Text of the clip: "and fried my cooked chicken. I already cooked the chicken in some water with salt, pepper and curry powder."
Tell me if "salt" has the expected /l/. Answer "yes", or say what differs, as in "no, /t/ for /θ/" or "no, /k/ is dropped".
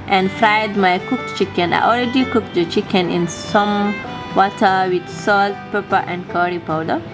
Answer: yes